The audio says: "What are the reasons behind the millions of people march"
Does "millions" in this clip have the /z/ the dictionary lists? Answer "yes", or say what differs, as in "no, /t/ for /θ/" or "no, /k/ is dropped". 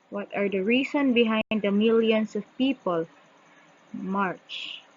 no, /s/ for /z/